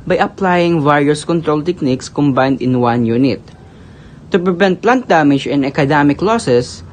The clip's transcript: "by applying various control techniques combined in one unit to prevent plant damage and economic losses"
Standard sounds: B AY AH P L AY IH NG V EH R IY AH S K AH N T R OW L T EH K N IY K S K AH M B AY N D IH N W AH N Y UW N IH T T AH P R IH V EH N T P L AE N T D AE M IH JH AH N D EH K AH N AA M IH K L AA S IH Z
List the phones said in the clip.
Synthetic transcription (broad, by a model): B AY AH P L AY IH NG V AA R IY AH S K AH N T R OW L T EH K N IY K S K AH M B AY N D IH N W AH N Y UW N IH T T AH P R IH V EH N T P L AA N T D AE M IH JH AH N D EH K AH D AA M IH K L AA S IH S